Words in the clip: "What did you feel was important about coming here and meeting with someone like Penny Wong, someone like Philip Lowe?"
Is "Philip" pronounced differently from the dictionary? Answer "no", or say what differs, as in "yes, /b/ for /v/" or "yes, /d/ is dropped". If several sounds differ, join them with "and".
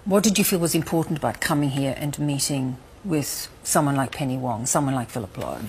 no